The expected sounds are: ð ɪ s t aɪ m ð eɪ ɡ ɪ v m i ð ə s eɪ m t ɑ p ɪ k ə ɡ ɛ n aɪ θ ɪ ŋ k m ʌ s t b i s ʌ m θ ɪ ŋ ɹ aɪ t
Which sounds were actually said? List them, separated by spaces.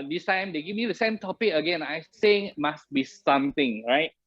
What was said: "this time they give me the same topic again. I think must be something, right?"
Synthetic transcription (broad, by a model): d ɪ s t aɪ m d eɪ ɡ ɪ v m i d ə s eɪ m t ɑ p ɪ k ə ɡ ɛ n aɪ s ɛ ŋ m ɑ s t b i s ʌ m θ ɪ ŋ ɹ aɪ t